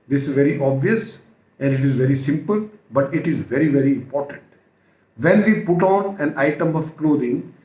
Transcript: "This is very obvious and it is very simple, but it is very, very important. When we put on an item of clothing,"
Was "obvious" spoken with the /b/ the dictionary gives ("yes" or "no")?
yes